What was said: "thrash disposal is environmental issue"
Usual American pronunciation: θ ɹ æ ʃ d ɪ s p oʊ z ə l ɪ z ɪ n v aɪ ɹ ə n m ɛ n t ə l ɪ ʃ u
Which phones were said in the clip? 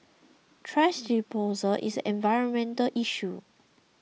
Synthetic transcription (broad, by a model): t ɹ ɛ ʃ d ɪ p oʊ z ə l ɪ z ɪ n v aɪ ɹ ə n m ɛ n t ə l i ʃ u